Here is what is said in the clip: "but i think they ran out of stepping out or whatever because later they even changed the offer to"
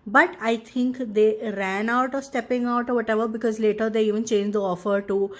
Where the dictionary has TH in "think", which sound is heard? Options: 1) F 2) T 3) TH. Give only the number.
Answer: 2